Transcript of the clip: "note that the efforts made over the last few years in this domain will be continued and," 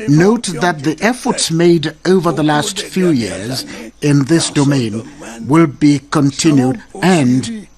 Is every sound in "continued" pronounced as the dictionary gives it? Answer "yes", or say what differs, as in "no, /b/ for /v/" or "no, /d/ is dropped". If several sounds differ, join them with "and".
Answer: yes